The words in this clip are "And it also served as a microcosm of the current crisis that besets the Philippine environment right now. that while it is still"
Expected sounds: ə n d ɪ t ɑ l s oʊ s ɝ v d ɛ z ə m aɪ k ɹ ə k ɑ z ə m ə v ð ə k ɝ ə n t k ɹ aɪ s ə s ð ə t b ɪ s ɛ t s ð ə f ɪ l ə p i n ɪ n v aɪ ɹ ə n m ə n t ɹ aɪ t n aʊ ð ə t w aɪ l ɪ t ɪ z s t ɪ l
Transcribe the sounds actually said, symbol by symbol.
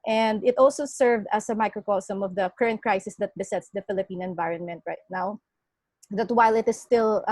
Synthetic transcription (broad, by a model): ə n d ɪ t ɑ l s oʊ s ɝ v d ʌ s ə m aɪ k ɹ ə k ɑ s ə m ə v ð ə k ɝ ə n t k ɹ aɪ s ə s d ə t b ɪ s ɛ t s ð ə f ɪ l ə p i n ɪ n v aɪ ɹ ə n m ə n t ɹ aɪ t n aʊ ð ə t w aɪ l ɪ t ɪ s t ɪ l